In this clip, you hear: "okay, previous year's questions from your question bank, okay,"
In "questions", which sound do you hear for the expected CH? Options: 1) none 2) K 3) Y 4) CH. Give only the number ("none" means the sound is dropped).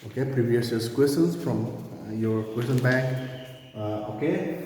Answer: 1